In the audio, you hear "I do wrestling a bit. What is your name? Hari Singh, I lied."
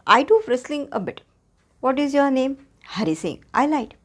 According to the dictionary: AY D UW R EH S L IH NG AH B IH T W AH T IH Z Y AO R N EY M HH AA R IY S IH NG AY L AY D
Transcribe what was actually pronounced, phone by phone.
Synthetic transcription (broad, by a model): AY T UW R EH S L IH NG AH B IH T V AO T IH Z Y AO R N EY M HH AA R IY S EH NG AY L AY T